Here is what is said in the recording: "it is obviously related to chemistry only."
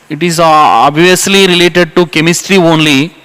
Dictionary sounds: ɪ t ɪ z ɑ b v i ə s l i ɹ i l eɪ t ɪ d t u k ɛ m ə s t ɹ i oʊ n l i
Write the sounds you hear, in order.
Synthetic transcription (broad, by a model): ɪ t ɪ z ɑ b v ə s l i ɹ i l eɪ t ɪ d t u k ɛ m ə s t ɹ i oʊ n l i